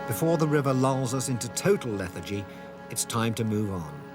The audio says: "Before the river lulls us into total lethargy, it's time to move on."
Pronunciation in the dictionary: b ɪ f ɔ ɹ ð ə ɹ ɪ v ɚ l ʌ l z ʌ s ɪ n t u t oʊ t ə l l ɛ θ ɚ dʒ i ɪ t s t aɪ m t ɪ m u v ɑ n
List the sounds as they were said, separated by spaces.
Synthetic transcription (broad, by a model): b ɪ f ɔ ɹ ð ə ɹ ɪ v ɚ l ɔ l z ʌ s ɪ n t u t oʊ t l l ɛ θ ɚ dʒ i ɪ t s t aɪ m t ɪ m u v n